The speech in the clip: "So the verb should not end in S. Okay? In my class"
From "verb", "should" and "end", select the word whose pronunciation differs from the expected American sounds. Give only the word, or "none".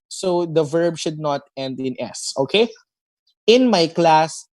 none